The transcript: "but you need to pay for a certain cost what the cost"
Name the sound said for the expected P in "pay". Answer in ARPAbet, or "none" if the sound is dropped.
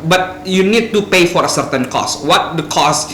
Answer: P